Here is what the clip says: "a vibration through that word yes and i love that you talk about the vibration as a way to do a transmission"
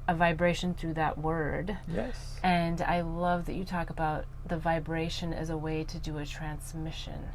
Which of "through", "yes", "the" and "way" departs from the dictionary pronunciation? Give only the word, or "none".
none